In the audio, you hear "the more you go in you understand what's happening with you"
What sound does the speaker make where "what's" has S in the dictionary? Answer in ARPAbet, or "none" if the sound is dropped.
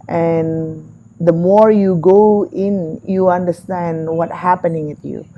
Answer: none